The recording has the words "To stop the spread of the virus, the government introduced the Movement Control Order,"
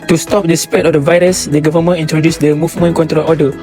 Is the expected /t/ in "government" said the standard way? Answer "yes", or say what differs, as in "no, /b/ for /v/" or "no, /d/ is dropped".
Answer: no, /t/ is dropped